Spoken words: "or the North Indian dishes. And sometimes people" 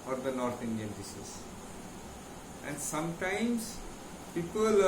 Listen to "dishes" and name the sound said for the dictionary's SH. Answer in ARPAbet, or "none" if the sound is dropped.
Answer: S